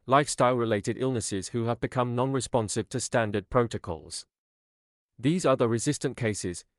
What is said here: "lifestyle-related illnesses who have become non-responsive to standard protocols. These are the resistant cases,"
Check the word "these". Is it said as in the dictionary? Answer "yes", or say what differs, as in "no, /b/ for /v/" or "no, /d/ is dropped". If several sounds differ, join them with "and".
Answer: yes